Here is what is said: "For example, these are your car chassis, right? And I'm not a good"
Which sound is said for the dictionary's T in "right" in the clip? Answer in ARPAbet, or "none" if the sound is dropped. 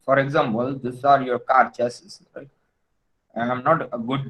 none